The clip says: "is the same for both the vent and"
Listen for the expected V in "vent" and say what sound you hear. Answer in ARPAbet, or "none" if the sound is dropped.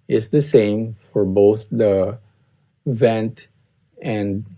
V